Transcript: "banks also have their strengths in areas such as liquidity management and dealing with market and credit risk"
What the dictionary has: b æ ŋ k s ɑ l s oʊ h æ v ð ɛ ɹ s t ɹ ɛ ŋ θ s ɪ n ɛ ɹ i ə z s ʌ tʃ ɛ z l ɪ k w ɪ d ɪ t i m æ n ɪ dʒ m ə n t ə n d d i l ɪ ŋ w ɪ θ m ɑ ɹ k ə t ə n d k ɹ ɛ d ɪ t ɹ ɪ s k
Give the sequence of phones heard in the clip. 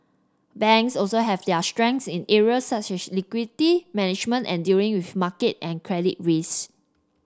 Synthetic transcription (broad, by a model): b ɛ ŋ k s ɑ l s oʊ h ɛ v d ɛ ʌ s t ɹ ɛ ŋ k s ɪ n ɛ ɹ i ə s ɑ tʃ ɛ s l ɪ k w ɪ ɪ t i m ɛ n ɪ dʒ m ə n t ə n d d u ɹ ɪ ŋ w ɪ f m ɑ k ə t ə n k ɹ ɛ d ɪ t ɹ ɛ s